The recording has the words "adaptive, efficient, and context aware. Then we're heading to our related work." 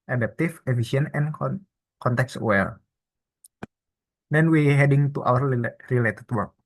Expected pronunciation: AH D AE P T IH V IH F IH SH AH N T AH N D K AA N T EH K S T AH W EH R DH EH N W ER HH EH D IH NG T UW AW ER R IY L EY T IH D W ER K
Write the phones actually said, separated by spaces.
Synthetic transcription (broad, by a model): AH D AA P T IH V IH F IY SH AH N AH N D K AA N T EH K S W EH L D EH N W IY HH EH D IH NG T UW AW ER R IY L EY T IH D W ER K